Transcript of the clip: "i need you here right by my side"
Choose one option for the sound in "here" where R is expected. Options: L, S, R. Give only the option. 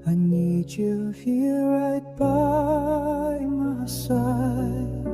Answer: L